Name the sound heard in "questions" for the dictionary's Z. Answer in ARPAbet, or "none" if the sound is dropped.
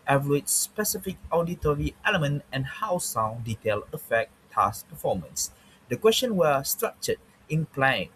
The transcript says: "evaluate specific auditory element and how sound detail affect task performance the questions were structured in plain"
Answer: none